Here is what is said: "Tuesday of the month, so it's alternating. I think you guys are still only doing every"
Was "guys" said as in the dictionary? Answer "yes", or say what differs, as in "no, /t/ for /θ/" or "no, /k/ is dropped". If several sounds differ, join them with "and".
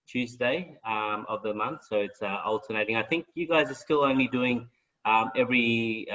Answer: yes